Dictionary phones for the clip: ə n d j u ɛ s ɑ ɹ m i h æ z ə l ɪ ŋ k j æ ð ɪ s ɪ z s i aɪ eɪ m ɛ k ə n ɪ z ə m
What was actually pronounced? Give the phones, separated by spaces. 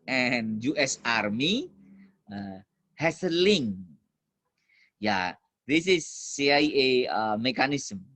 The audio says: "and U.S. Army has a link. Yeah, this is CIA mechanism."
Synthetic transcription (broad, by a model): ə n j u ɛ s ɑ ɹ m i h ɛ s ə l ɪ ŋ j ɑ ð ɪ s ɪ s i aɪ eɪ m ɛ k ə n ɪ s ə m